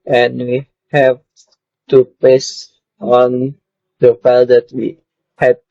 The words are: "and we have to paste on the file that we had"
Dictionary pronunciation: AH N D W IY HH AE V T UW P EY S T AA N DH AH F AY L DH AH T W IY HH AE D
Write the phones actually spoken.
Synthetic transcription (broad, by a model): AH N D W IY HH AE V T UW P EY S AA N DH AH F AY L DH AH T W IY HH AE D